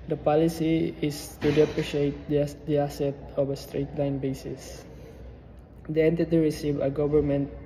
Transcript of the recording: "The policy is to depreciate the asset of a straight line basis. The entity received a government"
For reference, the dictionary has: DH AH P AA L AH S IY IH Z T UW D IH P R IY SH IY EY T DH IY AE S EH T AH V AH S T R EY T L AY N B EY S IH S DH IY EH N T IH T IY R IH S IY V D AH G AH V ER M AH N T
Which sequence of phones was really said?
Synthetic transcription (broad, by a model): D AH P AA L AH S IY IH S T UW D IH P R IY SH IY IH T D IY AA S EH T AH V AH S T R EY T L AY N B EY S IH S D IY EH N T IH T IY R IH S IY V AH G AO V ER M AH N T